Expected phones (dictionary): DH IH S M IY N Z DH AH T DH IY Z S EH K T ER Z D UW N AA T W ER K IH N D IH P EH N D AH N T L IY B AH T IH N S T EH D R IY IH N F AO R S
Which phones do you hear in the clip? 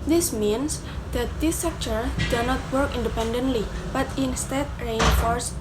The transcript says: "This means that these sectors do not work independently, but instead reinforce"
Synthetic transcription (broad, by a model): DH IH S M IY N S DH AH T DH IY S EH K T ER D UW N AA T W ER K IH N D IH P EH N D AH N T L IY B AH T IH N S T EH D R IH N F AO R S